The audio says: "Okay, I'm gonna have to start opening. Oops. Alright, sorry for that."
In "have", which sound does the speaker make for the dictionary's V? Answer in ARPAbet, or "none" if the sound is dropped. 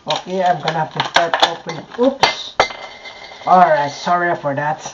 F